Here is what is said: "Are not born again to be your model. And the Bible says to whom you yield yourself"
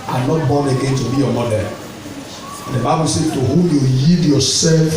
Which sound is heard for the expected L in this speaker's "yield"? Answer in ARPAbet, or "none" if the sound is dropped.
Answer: none